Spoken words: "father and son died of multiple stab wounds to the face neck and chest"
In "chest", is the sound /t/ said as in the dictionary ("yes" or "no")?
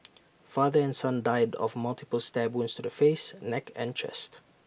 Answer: yes